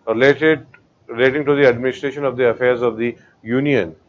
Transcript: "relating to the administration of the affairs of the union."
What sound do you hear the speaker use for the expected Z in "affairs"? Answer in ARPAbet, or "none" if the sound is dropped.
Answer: Z